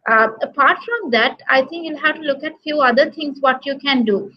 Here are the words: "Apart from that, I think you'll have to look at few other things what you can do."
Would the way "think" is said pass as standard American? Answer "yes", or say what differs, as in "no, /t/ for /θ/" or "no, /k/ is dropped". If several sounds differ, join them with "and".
no, /t/ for /θ/